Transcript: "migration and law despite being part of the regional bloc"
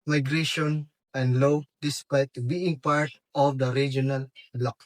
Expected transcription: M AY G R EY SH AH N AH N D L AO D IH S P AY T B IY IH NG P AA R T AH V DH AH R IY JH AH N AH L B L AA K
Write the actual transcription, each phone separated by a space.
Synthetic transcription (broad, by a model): M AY G R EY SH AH N AH N D L AO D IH S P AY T B IY IH NG P AA R T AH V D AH R IY JH AH N AH L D L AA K